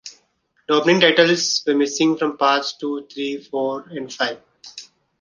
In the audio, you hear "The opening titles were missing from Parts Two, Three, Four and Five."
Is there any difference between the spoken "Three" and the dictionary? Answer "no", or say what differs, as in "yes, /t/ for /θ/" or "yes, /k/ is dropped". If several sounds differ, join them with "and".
yes, /t/ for /θ/